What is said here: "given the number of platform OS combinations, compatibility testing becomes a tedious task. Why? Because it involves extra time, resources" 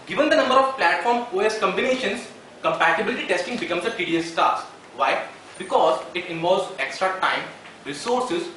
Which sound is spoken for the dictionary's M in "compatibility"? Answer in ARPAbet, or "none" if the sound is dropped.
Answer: M